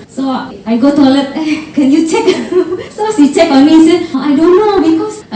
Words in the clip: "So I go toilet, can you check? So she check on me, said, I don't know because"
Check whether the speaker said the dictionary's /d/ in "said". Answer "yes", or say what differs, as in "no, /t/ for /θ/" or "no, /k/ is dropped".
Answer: no, /d/ is dropped